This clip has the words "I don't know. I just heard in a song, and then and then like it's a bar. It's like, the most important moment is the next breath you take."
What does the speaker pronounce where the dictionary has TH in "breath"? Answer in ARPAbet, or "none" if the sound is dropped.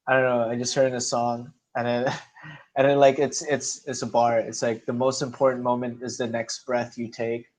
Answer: TH